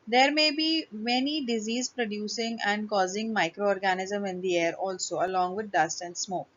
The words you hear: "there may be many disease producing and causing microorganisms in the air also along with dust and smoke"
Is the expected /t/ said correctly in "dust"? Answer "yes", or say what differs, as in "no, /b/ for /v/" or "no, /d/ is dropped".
yes